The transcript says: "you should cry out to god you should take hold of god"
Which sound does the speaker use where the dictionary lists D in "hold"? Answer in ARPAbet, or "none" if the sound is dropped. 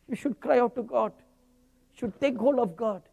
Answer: none